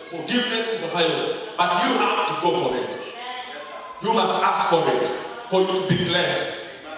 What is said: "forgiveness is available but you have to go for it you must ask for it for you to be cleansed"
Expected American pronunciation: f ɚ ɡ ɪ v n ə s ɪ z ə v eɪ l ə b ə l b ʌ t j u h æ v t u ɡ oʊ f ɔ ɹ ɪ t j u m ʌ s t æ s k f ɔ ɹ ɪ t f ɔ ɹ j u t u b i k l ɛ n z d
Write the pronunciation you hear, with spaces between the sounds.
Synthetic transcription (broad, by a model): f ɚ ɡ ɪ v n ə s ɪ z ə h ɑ ə ə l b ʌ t j u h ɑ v t u ɡ oʊ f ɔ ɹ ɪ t j u m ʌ s t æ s k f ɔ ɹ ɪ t f ɔ ɹ j u t u b i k l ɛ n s